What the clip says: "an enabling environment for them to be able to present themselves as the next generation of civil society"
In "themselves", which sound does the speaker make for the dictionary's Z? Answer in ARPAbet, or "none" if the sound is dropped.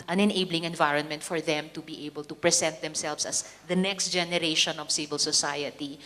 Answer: S